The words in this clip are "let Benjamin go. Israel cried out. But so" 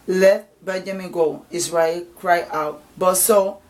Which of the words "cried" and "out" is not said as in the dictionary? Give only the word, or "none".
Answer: cried